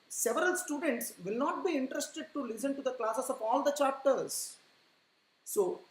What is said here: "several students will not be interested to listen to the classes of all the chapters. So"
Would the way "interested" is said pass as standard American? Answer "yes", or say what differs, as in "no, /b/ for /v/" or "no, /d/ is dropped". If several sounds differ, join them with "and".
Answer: yes